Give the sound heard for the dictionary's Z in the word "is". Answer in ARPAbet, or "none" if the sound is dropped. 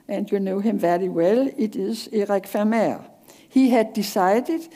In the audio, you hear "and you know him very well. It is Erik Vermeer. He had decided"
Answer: S